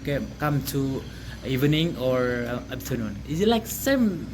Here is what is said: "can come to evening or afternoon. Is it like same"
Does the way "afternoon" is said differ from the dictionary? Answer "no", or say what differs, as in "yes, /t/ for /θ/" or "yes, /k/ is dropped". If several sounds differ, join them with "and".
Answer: yes, /p/ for /f/